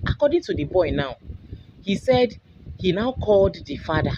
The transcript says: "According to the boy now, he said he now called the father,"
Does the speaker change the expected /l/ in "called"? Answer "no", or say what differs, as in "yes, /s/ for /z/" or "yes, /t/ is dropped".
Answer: no